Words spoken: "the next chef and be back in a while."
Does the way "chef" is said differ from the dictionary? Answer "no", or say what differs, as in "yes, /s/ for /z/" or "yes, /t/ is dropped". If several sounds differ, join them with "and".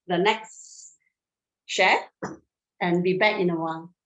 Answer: yes, /f/ is dropped